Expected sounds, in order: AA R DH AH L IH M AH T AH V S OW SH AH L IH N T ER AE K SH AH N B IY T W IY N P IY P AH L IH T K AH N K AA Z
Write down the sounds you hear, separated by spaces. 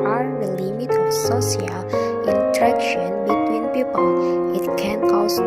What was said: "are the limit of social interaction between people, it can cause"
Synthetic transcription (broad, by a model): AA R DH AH L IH M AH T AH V S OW S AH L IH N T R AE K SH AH N B IY T W IY N P IY P AH L IH T K AH N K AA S